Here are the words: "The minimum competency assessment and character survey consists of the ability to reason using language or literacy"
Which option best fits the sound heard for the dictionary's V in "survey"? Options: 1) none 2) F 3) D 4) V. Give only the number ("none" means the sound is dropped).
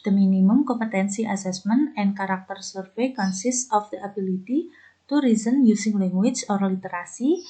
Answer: 2